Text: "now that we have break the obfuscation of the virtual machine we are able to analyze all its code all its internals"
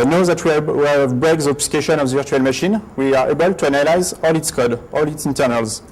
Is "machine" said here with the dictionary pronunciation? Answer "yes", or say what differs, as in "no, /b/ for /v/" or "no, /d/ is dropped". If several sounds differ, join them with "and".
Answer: yes